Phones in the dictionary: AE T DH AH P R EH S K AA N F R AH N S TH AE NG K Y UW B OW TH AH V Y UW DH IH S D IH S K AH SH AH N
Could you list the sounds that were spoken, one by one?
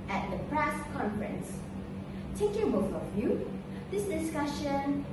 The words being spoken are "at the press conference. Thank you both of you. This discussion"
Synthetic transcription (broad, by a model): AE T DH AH P R EH S K AA N F R AH N S T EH K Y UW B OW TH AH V Y UW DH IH S D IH S K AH SH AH N